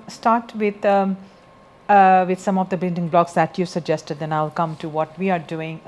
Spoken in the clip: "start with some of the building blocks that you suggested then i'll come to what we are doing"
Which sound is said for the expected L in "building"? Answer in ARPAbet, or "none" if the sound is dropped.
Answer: N